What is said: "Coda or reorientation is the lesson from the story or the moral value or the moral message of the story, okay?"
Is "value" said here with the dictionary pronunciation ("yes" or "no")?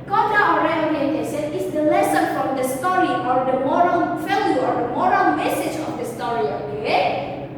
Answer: no